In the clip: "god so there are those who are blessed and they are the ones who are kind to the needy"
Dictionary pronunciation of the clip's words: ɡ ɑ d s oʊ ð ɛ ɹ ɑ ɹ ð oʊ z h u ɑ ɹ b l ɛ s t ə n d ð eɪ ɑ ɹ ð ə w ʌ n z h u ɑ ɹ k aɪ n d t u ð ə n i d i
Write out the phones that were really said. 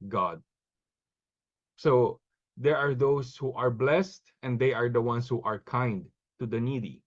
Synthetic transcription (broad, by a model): ɡ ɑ d s oʊ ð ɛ ɹ ɑ ɹ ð oʊ s h u ɑ ɹ b l ɛ s t ə n d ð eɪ ɑ ɹ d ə w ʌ n s h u ɑ ɹ k aɪ n d t u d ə n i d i